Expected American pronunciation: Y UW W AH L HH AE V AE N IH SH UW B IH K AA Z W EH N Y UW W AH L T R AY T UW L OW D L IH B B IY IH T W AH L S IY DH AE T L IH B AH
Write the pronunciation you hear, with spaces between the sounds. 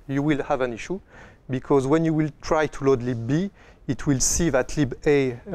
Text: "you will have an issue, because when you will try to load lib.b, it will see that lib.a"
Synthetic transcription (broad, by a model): Y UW W AH L HH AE V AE N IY SH UW B IH K AA Z W EH N Y UW W AH L T R AY T UW L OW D L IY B B IY IH T W AH L S IY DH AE T L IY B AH